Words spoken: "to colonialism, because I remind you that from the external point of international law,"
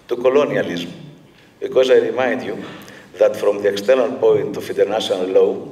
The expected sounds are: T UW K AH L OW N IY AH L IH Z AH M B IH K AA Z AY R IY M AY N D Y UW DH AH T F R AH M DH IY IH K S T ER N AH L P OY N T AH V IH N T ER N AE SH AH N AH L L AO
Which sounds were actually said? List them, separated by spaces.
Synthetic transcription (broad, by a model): T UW K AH L OW N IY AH L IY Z M B IH K AA Z AY R IY M AY N D Y UW DH AH T F R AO M DH IY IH K S T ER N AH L P OY N T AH F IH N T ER N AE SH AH N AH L L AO